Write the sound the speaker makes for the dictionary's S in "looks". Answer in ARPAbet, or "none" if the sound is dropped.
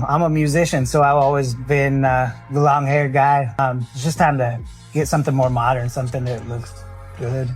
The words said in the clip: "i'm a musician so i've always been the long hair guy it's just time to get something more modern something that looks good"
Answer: S